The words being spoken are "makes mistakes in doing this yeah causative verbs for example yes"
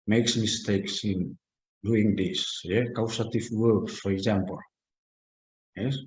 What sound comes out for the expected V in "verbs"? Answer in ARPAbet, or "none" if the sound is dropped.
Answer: W